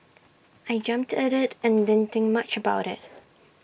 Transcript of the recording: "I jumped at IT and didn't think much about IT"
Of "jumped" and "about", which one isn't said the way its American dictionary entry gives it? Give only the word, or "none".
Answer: none